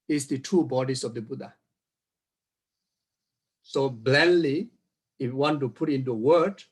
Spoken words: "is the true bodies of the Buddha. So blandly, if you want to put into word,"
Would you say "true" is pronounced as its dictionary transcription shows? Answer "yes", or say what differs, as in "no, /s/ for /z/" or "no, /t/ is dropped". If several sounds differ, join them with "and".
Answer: no, /ɹ/ is dropped